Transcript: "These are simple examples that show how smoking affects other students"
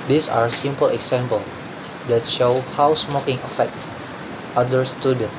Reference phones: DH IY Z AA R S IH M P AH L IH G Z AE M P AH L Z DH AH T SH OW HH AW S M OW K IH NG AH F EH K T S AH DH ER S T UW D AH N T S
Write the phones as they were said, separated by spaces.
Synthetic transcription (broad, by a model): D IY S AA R S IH M P AH L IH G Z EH M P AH L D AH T SH OW HH AW S M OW K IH NG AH F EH K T AH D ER S T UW D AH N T